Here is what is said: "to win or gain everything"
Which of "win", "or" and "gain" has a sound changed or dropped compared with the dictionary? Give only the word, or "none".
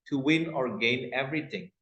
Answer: none